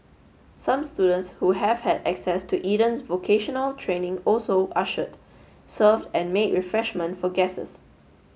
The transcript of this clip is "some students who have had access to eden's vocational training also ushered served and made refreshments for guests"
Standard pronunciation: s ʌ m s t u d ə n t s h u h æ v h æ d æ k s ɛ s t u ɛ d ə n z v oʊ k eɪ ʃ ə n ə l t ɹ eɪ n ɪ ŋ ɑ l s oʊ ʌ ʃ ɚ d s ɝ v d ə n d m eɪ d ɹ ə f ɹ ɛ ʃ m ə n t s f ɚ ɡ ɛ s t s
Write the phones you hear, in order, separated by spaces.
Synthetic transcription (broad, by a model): s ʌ m s t u d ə n t s h u h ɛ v h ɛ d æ k s ɛ s t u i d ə n s v oʊ k eɪ ʃ ə n ə l t ɹ eɪ n ɪ ŋ ɑ l s oʊ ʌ ʃ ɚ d s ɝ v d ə n m eɪ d ɹ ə f ɹ ɛ ʃ m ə n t f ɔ ɡ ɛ s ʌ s